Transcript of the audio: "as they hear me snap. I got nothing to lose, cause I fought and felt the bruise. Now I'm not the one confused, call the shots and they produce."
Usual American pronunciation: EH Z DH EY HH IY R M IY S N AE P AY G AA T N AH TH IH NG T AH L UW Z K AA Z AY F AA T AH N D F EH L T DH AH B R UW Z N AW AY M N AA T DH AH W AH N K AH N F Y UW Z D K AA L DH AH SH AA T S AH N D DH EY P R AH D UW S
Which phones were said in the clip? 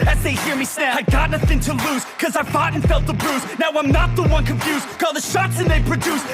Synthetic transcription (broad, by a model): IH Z DH EY HH IY R M IY S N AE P AY G AA T N AH TH IH NG T AH L UW Z K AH Z AY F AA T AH N F EH L T DH AH B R UW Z N AW AY M N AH T DH AH W AH N K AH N F Y UW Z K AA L DH AH SH AA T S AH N DH EY P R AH D UW S